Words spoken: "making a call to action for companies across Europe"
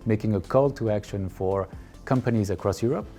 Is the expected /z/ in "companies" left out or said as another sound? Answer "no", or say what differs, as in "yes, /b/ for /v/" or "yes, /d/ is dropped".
no